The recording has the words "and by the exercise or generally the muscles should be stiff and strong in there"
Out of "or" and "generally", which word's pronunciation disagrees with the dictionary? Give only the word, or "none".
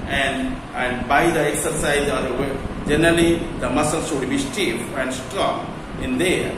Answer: or